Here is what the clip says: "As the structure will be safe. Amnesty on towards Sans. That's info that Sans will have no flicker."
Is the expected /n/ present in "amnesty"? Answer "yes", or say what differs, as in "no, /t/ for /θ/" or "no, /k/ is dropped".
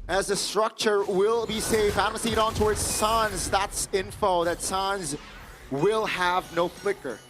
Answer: no, /n/ is dropped